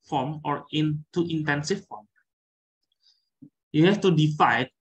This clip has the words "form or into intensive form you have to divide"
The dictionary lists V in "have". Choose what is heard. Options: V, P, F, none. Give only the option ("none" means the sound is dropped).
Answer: F